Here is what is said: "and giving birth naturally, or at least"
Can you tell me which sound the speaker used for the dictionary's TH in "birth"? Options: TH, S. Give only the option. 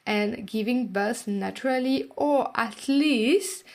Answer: S